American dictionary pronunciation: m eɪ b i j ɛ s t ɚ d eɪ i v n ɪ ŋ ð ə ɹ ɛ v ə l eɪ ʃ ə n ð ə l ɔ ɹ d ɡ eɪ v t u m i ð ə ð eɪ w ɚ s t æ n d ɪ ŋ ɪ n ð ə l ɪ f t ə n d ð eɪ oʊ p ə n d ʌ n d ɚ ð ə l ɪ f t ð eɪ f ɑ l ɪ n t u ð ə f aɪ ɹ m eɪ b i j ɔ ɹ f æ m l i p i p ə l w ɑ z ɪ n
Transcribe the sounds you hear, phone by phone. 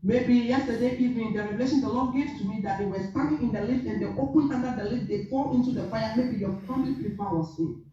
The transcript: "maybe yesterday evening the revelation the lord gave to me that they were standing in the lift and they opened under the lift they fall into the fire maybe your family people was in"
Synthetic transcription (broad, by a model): m eɪ b i j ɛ s t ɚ d eɪ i v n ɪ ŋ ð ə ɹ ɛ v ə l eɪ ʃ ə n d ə l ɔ ɡ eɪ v t u m i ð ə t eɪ w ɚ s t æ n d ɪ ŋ ɪ n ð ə l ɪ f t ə n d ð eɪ oʊ p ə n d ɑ n d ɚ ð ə l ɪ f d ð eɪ f ɑ l ɪ n t u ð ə f aɪ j m eɪ b i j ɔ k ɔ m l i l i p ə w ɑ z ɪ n